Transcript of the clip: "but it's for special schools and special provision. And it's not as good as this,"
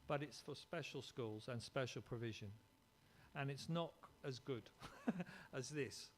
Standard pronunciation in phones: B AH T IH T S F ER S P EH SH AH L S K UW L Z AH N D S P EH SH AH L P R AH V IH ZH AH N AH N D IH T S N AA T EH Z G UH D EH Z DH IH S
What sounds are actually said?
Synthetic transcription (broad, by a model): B AH T IH T S F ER S P EH SH AH L S K UW L Z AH N S P EH SH AH L P R AH V IH ZH AH N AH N IH T S N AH T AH Z G UH D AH Z DH IH S